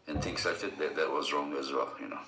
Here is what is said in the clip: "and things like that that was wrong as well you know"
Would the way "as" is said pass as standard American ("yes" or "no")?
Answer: yes